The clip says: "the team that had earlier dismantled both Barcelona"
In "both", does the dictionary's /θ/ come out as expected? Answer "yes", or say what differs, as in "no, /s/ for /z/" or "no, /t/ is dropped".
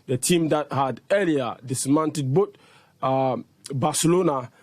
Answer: no, /t/ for /θ/